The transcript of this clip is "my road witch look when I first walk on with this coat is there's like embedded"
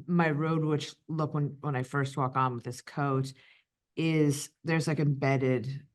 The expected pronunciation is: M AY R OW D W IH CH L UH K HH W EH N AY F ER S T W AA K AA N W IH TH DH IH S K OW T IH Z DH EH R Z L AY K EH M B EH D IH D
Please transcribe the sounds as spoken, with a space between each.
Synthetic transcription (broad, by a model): M AY R OW D W IH CH L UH K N W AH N AY F ER S T W AA K N W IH DH IH S K OW T IH Z DH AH R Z L AY K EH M B EH D IH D